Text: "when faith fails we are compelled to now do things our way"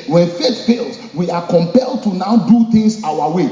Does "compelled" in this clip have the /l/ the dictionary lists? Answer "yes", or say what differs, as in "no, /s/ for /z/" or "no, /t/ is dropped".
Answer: yes